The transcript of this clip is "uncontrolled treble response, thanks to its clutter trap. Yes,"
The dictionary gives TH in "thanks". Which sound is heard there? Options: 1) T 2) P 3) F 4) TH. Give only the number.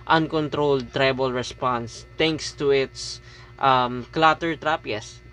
1